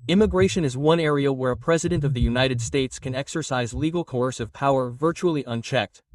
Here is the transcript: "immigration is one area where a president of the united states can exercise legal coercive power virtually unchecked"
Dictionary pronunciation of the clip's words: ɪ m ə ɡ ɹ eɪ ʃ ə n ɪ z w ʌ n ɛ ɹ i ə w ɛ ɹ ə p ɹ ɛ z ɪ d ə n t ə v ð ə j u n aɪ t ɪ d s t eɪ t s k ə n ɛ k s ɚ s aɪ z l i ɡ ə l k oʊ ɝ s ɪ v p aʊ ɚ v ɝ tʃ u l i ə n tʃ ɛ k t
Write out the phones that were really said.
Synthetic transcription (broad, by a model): ɪ m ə ɡ ɹ eɪ ʃ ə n ɪ z w ʌ n ɛ ɹ i ə w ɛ ɹ ə p ɹ ɛ z ɪ d ə n t ə v ð ə j u n aɪ t ɪ d s t eɪ t s k ə n ɛ k s ɚ s aɪ z l i ɡ l k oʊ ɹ s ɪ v p aʊ ɚ v ɝ tʃ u l i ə n tʃ ɛ k t